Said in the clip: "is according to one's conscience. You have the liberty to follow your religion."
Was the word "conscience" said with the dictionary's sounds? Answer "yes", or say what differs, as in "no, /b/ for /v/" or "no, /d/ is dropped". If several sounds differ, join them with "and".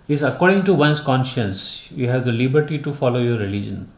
yes